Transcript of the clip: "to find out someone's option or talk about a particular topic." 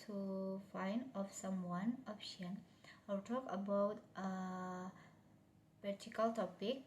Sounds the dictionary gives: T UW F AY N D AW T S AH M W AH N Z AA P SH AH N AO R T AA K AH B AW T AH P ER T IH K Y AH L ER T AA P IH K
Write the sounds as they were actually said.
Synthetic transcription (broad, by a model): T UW F AY N D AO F S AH M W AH N AA P SH AH N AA L T AA K AH B AW T AH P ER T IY K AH L T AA P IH K